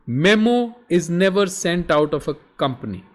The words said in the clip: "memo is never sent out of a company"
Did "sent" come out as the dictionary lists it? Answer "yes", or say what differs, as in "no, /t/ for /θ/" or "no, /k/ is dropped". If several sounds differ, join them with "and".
yes